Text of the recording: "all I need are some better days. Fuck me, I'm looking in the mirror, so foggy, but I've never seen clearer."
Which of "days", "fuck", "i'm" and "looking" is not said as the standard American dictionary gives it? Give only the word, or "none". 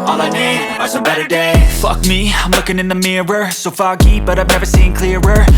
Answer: days